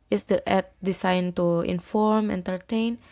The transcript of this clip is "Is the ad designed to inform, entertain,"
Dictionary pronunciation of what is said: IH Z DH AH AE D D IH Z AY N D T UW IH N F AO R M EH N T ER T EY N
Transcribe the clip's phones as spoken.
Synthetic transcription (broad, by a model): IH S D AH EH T D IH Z AY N T UW IH N F AO R M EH N T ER T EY N